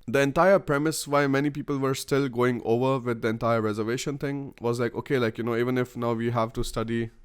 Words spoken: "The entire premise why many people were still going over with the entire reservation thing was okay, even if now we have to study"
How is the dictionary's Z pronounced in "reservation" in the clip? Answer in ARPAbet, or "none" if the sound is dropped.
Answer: Z